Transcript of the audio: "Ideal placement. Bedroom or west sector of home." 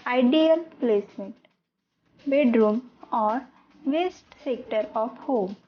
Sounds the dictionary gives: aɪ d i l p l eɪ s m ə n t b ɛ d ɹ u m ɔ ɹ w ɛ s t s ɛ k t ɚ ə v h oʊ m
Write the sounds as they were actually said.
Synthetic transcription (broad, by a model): aɪ d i l p l eɪ s m ə n t b ɛ d ɹ u m ɔ ɹ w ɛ s t s ɛ k t ɚ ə p h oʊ m